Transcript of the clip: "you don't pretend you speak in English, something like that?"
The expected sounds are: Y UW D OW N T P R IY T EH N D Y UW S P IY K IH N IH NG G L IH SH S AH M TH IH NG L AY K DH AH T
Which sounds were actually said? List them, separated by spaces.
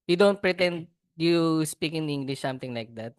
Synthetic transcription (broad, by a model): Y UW D OW N T P R IY T EH N D Y UW S P IY K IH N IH NG G L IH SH S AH M T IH NG L AY K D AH T